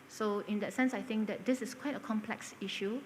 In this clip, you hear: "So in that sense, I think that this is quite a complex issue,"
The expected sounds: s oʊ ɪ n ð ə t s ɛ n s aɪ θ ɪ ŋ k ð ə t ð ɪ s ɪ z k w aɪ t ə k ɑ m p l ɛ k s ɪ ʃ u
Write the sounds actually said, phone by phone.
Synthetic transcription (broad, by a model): s oʊ ɪ n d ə t s ɛ n s aɪ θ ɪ ŋ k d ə t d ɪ s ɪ s k w aɪ t ə k ɑ m p l ɛ k s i ʃ u